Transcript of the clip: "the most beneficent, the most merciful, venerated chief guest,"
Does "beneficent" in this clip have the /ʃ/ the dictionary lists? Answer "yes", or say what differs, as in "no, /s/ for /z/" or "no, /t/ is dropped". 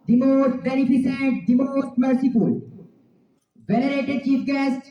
no, /s/ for /ʃ/